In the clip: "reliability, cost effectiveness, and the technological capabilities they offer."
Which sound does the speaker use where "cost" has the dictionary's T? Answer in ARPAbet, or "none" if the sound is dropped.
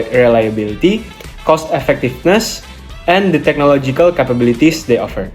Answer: T